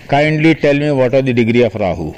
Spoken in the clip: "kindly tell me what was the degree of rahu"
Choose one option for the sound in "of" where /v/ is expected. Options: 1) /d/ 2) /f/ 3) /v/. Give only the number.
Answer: 2